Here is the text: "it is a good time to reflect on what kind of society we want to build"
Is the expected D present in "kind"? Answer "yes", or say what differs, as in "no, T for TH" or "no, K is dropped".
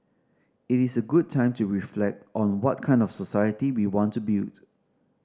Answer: yes